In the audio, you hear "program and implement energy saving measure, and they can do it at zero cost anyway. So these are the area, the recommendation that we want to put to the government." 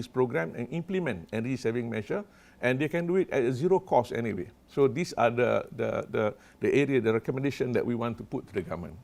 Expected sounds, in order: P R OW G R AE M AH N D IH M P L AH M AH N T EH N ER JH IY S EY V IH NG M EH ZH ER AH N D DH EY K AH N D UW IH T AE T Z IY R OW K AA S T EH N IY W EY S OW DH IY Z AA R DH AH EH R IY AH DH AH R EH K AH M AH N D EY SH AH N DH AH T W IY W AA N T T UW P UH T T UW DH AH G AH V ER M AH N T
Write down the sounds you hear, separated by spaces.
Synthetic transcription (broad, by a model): P R OW G R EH M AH N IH M P L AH M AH N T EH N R IY S EY V IH NG M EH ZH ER AH N D EY K AH N D UW IH T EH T Z IY R OW K AA S EH N IY W EY S OW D IY S AA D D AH EH R IY AH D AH R EH K AH M AH N D EY SH AH N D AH T W IY W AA N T T UW P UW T T UW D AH G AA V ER M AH N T